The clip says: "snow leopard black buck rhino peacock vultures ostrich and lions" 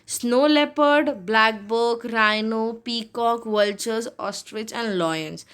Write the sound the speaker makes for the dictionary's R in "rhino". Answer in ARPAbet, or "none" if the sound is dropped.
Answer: R